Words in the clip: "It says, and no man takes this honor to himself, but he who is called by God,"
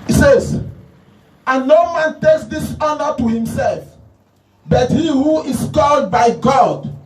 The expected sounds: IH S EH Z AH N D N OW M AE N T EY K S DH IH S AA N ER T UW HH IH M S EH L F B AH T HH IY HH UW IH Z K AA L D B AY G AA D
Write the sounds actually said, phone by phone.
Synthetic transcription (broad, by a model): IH S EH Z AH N N OW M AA N T EY K S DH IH S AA N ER T UW HH IH M S EH L F B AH T HH IY HH UW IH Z K AA L D B AY G AA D